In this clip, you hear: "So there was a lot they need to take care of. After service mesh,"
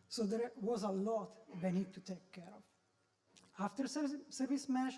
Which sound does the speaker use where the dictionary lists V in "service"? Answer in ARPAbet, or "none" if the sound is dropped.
V